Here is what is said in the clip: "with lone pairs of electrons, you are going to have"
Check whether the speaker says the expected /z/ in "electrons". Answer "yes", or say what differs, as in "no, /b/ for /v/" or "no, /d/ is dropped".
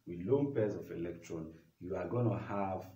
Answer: no, /z/ is dropped